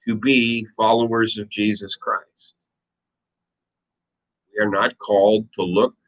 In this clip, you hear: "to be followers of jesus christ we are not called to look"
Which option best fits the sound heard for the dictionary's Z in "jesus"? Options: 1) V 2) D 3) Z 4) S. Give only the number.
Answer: 3